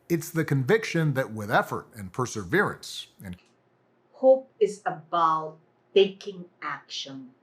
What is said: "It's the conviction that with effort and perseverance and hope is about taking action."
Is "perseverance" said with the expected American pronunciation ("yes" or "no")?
yes